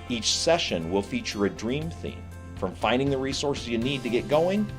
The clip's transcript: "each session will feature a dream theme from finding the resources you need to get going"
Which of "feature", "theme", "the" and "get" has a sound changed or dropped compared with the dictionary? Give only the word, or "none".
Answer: none